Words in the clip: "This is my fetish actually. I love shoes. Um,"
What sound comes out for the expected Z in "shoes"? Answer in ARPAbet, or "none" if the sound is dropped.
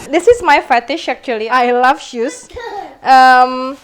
S